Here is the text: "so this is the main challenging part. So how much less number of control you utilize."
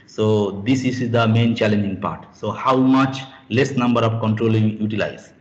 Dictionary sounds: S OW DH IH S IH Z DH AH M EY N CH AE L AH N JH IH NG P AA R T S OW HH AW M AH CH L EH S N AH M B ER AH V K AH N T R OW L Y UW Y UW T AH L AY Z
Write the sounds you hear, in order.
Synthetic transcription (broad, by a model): S OW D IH S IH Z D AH M EY N CH AE L AH N JH IH NG P AA R T S OW HH AW M AH CH L EH S N AH M B ER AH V K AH N T R OW L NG Y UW T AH L AY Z